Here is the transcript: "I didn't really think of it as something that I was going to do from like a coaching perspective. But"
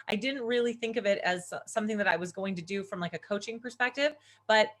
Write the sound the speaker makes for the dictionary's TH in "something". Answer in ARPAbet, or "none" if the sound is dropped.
TH